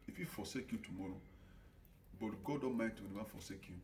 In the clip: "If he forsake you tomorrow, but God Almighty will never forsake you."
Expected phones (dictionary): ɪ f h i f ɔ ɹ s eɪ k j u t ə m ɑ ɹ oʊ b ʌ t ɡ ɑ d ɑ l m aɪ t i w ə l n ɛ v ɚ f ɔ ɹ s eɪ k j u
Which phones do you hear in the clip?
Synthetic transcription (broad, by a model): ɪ f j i f ɔ s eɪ k j u t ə m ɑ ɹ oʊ b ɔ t ɡ ɑ d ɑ m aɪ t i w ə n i w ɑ f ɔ s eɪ k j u